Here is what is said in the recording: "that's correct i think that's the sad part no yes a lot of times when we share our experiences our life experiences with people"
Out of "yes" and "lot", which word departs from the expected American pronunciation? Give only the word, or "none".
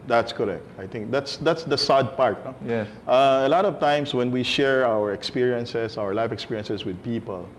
yes